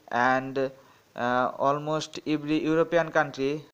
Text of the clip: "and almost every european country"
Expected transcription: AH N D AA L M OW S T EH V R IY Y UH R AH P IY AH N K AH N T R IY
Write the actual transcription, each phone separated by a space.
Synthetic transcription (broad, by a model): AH N D AA L M OW S T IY B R IY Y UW R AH P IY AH N K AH N T R IY